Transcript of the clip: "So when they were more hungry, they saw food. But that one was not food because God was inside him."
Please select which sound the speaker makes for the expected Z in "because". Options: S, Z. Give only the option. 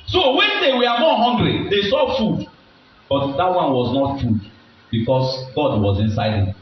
S